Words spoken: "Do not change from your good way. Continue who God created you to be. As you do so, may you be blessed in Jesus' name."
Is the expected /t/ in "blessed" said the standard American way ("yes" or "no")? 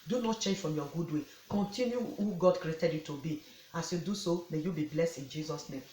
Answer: yes